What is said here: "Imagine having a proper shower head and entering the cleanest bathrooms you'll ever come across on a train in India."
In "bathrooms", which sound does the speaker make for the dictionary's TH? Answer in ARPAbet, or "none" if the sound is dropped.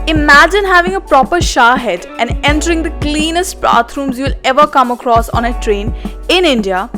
T